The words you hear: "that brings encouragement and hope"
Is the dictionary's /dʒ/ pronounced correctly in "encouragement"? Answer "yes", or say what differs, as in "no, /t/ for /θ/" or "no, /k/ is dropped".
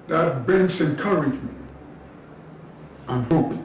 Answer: yes